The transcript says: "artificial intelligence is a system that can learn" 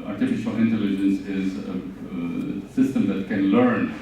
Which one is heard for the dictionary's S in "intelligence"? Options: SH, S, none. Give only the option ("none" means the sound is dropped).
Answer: S